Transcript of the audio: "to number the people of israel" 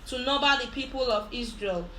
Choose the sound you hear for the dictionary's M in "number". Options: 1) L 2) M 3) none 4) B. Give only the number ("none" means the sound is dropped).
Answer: 3